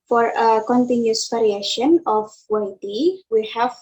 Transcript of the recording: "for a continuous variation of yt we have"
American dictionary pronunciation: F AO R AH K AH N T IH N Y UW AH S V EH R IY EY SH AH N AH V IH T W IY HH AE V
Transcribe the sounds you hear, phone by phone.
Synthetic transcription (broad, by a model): F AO R AH K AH N T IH N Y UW S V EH R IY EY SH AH N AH W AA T W IY HH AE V